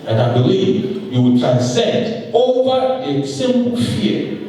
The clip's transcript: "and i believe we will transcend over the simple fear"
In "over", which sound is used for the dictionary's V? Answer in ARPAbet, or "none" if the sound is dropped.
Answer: V